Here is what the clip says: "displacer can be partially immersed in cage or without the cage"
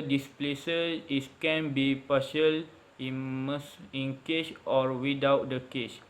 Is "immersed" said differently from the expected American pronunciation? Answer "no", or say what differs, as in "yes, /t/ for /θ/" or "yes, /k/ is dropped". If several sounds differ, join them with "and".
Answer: yes, /t/ is dropped